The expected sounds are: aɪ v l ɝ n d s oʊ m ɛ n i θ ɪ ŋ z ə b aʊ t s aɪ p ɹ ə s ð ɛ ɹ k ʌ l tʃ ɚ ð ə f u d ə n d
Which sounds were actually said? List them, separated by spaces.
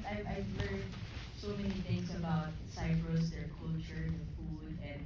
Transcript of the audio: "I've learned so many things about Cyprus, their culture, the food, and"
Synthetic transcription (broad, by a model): aɪ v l ɝ d s oʊ m ɛ n i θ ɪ ŋ s ə b aʊ t s aɪ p ɹ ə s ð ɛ ɹ k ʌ l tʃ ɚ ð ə f u d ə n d